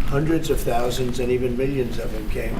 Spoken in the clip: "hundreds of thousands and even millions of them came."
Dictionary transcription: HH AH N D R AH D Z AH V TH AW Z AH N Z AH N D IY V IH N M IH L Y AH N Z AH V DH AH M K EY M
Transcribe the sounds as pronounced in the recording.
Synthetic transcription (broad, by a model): HH AH N D R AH D Z AH V TH AW Z AH N Z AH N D IY V IH N M IH L Y AH N Z AH V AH M K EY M